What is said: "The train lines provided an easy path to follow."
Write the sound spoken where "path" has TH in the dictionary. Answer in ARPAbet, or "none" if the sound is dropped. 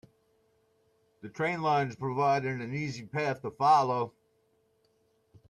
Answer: TH